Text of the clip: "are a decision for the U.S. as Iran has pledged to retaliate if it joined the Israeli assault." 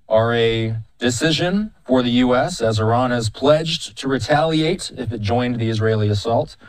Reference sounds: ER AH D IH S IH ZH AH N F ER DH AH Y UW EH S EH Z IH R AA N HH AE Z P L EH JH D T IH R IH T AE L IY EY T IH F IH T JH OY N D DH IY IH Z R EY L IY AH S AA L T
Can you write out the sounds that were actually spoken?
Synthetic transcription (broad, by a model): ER AH D IH S IH ZH AH N F ER DH AH Y UW EH S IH Z IH R AA N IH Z P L EH JH T IH R IH T AE L IY EY T IH F IH T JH OY N DH IY IH Z R EY L IY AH S AA L T